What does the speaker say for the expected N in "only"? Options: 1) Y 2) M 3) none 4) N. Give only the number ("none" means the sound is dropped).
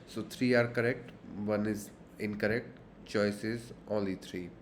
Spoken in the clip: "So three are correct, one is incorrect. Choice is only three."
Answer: 3